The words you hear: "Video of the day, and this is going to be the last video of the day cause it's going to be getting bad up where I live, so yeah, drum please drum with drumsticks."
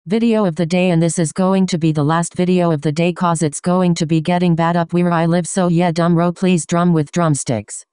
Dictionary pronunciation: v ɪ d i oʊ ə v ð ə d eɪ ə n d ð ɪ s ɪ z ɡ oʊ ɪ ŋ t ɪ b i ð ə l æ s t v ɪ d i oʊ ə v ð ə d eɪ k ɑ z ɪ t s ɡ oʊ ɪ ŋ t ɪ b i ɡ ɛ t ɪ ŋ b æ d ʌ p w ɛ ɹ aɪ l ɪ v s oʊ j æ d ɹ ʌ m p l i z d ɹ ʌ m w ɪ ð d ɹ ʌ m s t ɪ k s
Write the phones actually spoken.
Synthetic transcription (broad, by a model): v ɪ d i oʊ ə v ð ə d eɪ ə n ð ɪ s ɪ z ɡ oʊ ɪ ŋ t ɪ b i ð ə l æ s t v ɪ d i oʊ ə v ð ə d eɪ k ɑ z ɪ t s ɡ oʊ ɪ ŋ t ɪ b i ɡ ɛ t ɪ ŋ b æ d ʌ p w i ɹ aɪ l ɪ v s oʊ j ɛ d ʌ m p l i z d ɹ ʌ m w ɪ ð d ɹ ʌ m s t ɪ k s